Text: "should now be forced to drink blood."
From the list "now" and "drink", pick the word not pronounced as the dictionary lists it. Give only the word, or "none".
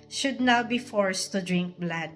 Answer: none